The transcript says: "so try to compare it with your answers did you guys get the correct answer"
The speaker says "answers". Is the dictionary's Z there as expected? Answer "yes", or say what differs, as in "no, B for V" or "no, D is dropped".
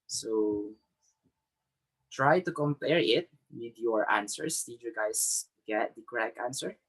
no, S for Z